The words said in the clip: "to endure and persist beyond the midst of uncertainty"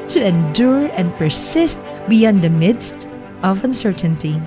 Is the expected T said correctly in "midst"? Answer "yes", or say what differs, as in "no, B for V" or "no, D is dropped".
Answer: yes